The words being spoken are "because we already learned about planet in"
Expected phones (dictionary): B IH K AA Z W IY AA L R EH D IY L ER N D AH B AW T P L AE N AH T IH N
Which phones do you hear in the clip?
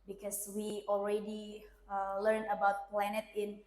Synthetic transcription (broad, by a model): B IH K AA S W IY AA L R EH D IY L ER N AH B AW T P L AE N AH T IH N